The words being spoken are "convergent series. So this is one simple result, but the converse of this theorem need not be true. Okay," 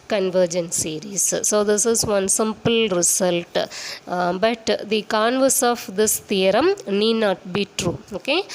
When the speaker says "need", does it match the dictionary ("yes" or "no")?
yes